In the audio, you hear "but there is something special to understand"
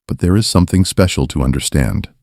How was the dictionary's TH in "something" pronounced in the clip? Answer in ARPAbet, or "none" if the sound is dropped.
TH